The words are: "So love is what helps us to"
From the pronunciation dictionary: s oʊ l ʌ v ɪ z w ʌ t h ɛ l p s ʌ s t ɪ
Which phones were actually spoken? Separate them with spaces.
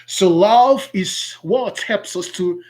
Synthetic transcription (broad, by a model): s oʊ l ʌ v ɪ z w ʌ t h ɛ l p s ʌ s t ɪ